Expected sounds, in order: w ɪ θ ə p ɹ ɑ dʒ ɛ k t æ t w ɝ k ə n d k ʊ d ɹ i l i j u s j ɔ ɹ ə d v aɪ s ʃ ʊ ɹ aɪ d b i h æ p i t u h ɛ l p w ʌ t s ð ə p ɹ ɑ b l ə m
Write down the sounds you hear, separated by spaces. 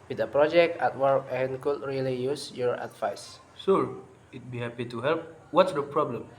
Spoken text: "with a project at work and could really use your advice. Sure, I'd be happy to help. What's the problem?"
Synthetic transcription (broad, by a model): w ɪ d ə p ɹ ɑ dʒ ɛ k t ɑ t w ɝ k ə n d k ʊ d ɹ i l i j u s j ɔ ɹ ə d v aɪ s s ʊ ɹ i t b i h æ p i t u h ɛ l p w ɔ t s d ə p ɹ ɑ b l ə m